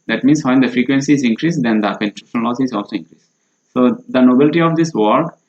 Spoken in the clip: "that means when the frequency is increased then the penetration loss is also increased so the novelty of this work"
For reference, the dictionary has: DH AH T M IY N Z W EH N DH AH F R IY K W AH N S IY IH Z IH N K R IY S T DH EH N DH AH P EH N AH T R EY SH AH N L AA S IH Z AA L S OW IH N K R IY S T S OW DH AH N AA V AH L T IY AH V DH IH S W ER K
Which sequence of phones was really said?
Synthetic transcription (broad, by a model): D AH T M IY N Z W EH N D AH F R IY K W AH N S IY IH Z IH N K R IY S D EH N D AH P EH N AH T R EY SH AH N L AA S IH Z AA L S OW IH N K R IY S S OW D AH N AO B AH L T IY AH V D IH S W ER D